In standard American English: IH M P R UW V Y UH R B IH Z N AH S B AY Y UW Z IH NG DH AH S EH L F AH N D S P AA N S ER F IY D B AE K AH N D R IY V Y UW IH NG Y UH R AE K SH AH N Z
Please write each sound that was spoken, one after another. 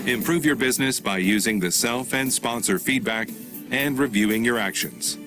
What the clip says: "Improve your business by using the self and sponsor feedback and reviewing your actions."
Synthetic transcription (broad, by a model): IH M P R UW V Y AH R B IH Z N AH S B AY Y UW Z IH NG DH AH S EH L F AH N D S P AA N S ER F IY D B AE K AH N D R IY V Y UW IH NG Y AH R AE K SH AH N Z